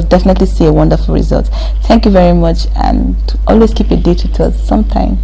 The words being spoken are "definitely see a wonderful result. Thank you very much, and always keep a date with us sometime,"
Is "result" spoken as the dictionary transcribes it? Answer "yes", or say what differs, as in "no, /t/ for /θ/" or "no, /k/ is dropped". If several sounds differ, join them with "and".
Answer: yes